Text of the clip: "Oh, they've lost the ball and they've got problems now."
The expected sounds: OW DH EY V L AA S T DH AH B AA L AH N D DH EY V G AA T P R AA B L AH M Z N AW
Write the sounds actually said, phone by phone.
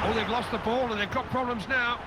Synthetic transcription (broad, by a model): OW DH EY V L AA S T DH AH B AA L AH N DH EY V G AA T P R AA B L AH M Z N AW